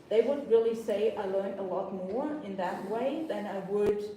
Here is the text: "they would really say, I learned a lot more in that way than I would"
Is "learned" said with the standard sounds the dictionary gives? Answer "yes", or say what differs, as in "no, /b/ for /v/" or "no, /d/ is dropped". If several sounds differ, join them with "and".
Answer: no, /d/ is dropped